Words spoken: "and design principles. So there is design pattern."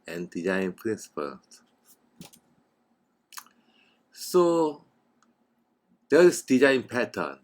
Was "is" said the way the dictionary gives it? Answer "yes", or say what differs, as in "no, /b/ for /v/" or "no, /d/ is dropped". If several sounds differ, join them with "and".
no, /s/ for /z/